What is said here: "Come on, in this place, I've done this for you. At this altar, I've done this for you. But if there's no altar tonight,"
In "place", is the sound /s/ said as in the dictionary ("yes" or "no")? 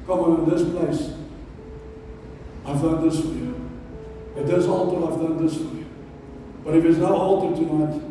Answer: yes